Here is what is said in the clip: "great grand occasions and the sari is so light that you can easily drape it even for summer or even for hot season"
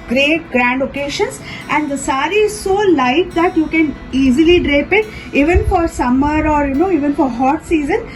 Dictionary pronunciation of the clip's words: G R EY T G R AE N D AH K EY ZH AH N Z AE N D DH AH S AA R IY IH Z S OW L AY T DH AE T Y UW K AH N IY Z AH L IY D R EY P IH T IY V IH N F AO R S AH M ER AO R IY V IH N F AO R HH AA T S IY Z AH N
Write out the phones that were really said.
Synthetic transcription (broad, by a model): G R EY T G R AE N D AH K EY SH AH N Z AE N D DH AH S AA R IY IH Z S OW L AY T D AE T Y UW K AH N IY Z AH L IY D R EY P IH T IY V IH N F AO R S AH M ER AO R IY V IH N F AO R HH AA T S IY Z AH N